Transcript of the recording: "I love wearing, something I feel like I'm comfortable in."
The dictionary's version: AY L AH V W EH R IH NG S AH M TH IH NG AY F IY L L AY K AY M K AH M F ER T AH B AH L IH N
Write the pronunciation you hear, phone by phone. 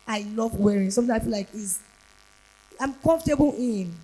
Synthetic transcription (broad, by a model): AY L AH V W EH R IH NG S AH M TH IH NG AY P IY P L AY K AY M K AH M F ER T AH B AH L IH N